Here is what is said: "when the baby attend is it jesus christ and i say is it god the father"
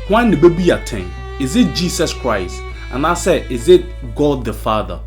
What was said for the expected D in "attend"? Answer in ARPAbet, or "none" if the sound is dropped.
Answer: none